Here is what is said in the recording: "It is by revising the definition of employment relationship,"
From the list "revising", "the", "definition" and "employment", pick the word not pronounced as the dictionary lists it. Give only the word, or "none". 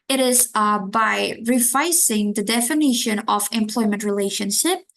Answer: revising